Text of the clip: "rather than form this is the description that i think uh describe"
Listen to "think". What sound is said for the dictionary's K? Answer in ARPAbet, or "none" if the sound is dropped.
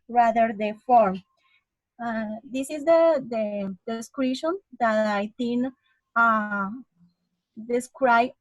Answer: none